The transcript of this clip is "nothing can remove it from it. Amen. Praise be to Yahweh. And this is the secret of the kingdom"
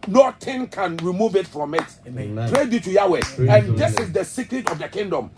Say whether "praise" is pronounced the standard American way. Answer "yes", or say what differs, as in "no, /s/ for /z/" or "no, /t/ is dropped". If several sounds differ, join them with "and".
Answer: no, /z/ is dropped